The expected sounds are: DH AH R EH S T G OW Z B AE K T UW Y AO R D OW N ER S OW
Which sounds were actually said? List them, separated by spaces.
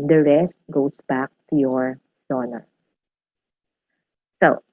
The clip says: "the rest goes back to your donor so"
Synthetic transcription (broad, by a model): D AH R EH S T G OW S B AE K T UW Y AO R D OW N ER S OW